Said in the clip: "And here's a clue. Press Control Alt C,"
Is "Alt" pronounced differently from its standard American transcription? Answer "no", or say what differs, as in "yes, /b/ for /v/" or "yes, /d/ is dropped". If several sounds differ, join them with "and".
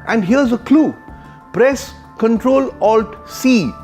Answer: no